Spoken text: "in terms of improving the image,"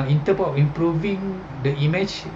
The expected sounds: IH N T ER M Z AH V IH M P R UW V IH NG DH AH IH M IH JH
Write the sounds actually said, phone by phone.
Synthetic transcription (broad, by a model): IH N T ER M AH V IH M P R UW V IH NG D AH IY M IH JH